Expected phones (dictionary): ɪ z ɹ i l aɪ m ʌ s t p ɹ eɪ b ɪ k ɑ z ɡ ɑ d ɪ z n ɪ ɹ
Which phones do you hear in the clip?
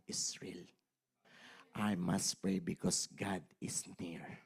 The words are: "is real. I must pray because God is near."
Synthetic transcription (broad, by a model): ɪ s ɹ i l aɪ m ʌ s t p ɹ eɪ b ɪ k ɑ s ɡ ɑ d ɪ s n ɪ ɹ